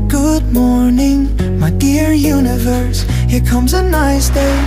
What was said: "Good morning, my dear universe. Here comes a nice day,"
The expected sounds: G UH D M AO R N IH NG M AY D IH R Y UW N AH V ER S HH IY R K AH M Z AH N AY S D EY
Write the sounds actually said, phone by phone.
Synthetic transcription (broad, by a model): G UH D M AO R N IH NG M AY D IH R Y UW N AH V ER S HH IY R K AH M Z AH N AY S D EY